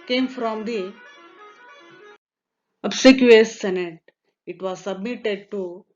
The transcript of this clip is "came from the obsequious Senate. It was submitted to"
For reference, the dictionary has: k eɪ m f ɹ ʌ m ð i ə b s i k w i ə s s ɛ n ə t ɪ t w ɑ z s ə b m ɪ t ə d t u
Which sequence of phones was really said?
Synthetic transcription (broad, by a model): k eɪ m f ɹ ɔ m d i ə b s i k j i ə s s ɛ n ə t ɪ t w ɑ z s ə b m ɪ t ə d t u